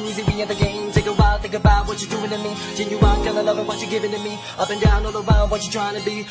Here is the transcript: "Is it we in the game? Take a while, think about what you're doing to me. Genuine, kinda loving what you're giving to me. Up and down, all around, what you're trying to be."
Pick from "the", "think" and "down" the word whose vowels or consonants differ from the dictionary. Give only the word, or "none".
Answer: think